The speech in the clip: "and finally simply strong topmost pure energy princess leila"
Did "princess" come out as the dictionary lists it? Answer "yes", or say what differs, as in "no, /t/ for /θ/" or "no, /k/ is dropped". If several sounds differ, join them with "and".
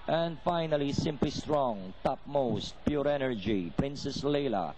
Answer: yes